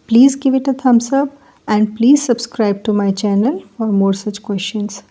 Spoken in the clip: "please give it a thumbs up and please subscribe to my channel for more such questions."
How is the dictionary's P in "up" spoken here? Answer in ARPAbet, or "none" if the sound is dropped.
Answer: B